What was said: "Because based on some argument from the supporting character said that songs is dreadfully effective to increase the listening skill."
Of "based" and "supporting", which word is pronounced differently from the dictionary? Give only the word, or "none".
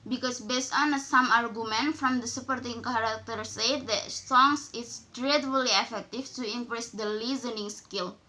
none